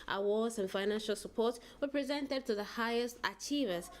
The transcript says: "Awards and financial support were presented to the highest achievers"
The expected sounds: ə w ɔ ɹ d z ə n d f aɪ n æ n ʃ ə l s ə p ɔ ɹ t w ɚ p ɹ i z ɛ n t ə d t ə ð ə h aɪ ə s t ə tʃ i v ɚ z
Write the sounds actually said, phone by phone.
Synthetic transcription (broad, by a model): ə w ɔ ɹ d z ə n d f aɪ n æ n ʃ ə l s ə p ɔ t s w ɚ p ɹ i z ɛ n t ə d t ə ð ə h aɪ ə s t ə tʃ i v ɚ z